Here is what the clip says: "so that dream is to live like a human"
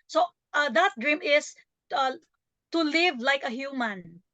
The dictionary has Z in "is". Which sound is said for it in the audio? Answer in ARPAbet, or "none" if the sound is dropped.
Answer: S